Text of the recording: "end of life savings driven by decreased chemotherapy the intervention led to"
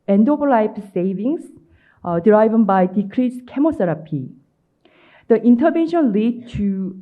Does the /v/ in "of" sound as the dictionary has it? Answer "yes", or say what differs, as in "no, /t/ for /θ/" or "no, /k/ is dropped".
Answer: no, /p/ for /v/